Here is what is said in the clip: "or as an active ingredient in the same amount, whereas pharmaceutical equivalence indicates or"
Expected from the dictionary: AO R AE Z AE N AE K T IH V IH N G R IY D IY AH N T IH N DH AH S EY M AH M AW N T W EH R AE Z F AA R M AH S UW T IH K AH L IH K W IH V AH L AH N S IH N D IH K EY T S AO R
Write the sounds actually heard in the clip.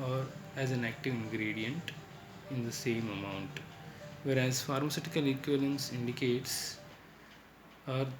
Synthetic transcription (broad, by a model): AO R AE Z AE N AE K T IH V IH N G R IY D IY AH N T IH N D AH S EY M AH M AW N T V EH R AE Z F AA R M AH S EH T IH K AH L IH K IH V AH L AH N S IH N D IH K EY T S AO R